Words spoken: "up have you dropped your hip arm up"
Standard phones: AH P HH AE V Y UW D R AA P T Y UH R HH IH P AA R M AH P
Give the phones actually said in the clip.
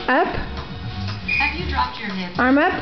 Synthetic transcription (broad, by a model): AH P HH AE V Y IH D R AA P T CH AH R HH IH AA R M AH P